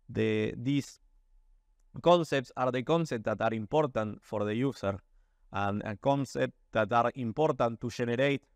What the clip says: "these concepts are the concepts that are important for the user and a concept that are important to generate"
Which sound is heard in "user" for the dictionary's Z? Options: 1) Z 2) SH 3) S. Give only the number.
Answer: 3